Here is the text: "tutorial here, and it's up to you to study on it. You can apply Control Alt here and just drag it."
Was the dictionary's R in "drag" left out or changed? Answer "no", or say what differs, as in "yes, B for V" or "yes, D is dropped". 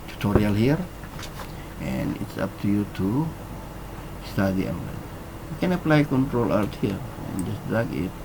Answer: yes, R is dropped